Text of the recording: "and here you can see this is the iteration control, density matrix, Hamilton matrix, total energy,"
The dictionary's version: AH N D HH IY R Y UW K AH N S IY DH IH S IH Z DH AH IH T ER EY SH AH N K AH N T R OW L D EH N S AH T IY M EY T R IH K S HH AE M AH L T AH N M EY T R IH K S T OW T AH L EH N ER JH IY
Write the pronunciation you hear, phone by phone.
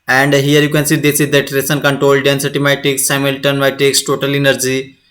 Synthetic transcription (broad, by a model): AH N D HH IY R Y UW K AH N S IY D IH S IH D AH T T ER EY S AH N K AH N T R OW L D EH N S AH T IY M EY T IH K S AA M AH L T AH N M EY T IH K S T OW T AH L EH N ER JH IY